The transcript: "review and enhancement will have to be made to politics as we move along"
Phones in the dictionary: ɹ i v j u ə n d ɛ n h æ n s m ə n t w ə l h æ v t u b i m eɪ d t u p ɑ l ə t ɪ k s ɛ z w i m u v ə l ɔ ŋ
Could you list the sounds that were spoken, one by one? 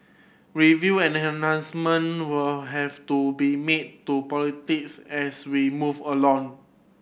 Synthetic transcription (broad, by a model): ɹ i v j u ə n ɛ n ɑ n s m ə n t w ə l h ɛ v t u b i m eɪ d t u p ɑ l ə t ɪ k s ɛ s w i m u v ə l ɔ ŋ